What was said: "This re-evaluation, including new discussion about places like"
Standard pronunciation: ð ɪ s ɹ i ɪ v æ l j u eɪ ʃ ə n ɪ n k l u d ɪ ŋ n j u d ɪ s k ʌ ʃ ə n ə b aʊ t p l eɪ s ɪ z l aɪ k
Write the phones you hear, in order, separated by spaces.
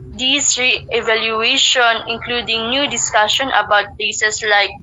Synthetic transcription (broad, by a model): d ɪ s ɹ i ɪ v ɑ l j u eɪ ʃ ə n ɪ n k l u d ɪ ŋ n j u d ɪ s k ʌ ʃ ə n ə b aʊ t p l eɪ s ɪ s l aɪ k